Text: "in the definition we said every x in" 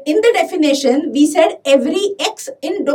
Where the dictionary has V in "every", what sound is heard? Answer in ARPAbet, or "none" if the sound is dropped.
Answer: V